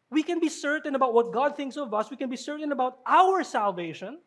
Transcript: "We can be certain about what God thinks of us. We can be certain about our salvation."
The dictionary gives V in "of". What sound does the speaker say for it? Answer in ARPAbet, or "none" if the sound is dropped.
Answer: V